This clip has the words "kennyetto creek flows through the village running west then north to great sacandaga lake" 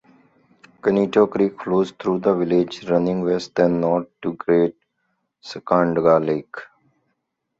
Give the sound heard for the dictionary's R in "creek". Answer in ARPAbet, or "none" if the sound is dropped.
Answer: R